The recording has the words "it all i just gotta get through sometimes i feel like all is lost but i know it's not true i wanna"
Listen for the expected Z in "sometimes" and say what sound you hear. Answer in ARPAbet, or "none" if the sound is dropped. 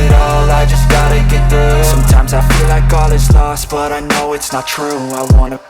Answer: Z